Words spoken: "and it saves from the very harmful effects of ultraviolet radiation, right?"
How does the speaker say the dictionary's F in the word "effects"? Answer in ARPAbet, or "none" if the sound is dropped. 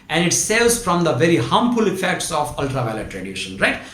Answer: F